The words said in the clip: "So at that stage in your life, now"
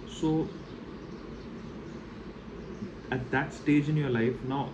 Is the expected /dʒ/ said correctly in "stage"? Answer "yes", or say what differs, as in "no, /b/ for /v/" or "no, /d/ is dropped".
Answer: yes